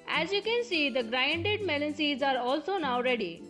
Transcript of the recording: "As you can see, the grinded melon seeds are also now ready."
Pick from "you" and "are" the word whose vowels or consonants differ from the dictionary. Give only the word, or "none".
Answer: none